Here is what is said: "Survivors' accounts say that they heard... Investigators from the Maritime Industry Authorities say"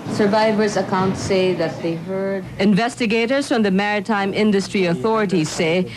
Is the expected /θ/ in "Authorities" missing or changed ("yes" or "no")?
no